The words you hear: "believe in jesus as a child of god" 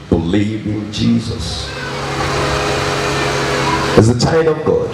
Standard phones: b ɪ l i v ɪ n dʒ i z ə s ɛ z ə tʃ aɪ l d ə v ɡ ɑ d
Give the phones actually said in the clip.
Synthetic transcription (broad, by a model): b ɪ l i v ɪ n dʒ i z ə s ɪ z ə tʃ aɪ d ə v ɡ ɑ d